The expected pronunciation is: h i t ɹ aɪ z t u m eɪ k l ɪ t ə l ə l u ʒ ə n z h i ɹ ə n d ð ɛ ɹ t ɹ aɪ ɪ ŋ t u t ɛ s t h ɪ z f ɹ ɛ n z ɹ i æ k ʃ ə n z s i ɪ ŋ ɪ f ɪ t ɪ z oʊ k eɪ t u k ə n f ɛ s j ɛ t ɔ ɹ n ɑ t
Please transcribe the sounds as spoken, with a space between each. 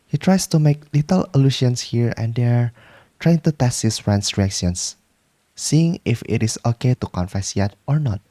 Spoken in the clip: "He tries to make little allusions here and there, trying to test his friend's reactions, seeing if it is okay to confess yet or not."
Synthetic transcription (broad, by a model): h i t ɹ aɪ s t u m eɪ k l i t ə l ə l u ʃ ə n s h i ɹ ə n d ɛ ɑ t ɹ aɪ ɪ ŋ t u t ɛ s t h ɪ s f ɹ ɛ n s ɹ i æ k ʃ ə n s i ɪ ŋ ɪ f ɪ t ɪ s oʊ k eɪ t u k ə n f ɛ s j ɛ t ɔ ɹ n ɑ t